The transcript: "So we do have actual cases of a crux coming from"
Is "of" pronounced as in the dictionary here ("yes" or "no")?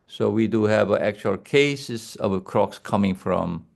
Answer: no